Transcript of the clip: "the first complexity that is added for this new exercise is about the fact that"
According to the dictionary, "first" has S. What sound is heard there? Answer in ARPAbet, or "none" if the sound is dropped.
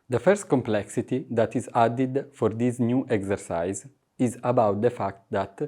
S